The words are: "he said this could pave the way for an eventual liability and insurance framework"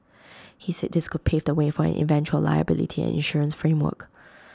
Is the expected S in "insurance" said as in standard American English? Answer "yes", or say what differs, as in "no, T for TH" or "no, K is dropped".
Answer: yes